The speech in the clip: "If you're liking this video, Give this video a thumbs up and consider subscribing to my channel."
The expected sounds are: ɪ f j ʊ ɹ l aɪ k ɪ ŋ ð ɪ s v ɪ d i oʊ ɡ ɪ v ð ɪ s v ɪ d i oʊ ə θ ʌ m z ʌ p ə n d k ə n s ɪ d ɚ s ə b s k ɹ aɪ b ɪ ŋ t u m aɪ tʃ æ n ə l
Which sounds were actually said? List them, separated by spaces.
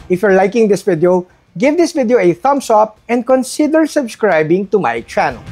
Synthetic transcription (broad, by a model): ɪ f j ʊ ɹ l aɪ k ɪ ŋ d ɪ s v ɪ d i oʊ ɡ ɪ v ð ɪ s v ɪ d i oʊ ə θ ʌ m s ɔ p ə n d k ə n s ɪ d ɚ s ə b s k ɹ aɪ b ɪ ŋ t u m aɪ tʃ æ n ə l